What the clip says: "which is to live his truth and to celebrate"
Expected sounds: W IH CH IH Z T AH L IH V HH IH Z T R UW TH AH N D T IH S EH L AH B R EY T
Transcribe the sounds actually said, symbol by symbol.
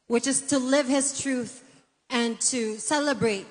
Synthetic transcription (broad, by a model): W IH CH IH Z T AH L IH V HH IH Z T R UW TH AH N T IH S EH L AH B R EY T